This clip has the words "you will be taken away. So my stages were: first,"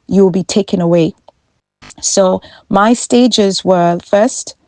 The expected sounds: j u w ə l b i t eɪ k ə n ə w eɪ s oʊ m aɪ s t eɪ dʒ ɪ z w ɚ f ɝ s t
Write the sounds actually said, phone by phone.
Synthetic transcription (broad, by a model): j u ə l b i t eɪ k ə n ə w eɪ s oʊ m aɪ s t eɪ dʒ ɪ z w ɚ f ɝ s t